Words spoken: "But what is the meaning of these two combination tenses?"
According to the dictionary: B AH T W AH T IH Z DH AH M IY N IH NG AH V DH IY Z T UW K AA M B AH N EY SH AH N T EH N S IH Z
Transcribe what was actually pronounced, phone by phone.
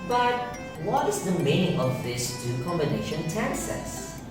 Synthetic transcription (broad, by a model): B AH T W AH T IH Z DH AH M IY N IH NG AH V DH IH S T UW K AA M B AH N EY SH AH N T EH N S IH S